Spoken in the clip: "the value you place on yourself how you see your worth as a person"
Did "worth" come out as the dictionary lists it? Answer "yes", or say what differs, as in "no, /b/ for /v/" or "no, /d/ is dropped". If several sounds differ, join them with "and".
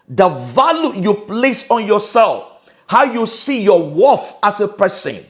no, /f/ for /θ/